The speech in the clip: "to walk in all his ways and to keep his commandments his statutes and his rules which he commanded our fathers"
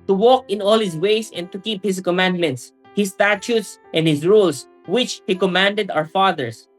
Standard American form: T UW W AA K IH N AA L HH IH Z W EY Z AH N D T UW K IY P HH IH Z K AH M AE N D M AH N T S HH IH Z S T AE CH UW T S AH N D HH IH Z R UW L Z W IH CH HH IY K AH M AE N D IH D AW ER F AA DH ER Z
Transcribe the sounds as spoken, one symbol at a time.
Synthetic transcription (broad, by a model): T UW W AA K IH N AA L HH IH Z W EY S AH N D T UW K IY P HH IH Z K AH M AE N D M AH N T S HH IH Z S T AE CH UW T S AH N D HH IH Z R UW L S W IH CH HH IY K AH M AE N D IH D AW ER F AA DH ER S